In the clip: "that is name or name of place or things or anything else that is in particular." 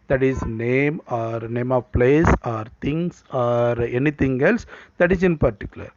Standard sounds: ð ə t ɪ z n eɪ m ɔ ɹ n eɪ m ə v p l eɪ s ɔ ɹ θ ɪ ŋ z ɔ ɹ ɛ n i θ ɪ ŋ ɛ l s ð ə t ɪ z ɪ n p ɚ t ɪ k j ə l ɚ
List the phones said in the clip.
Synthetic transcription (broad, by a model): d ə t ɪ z n eɪ m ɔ ɹ n eɪ m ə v p l eɪ s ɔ ɹ t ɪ ŋ s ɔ ɹ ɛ n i t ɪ ŋ ɛ l s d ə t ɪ s ɪ n p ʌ t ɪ k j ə l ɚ